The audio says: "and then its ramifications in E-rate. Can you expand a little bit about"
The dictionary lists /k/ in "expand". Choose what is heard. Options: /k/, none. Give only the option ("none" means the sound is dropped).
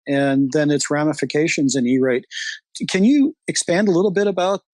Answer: /k/